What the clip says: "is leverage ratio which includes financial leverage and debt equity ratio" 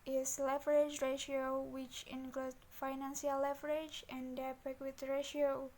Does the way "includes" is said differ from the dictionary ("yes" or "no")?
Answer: yes